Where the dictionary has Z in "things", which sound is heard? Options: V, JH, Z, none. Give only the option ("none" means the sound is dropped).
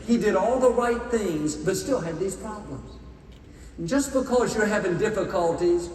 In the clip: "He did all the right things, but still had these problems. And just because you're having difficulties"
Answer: Z